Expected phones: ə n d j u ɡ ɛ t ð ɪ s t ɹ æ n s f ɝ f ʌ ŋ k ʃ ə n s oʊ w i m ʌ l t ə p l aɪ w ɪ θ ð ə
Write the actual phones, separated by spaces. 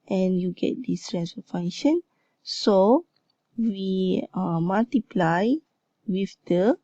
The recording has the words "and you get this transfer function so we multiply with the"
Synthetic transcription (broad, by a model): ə n j u ɡ ɛ t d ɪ s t ɹ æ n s ɝ f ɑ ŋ ʃ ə n s oʊ w i m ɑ l t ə p l aɪ w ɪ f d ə